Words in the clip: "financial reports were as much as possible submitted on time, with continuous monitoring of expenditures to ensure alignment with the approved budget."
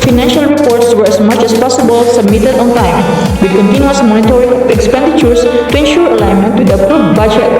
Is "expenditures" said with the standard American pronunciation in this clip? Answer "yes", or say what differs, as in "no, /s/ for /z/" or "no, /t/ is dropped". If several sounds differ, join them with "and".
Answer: no, /s/ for /z/